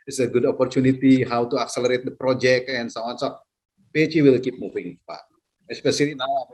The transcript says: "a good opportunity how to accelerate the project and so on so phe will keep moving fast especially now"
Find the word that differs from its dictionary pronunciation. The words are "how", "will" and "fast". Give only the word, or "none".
fast